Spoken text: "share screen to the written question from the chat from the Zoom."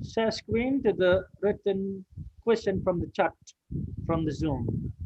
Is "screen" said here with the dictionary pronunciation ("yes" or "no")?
no